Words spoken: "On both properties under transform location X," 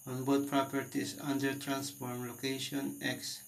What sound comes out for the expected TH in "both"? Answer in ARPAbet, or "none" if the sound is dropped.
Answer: T